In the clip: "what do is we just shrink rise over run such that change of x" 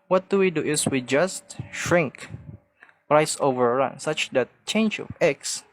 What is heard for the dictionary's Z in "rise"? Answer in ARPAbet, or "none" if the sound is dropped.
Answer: S